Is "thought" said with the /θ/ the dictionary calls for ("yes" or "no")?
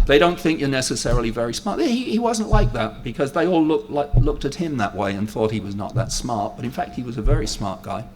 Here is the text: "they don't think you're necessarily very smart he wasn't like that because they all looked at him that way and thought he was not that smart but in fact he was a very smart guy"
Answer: yes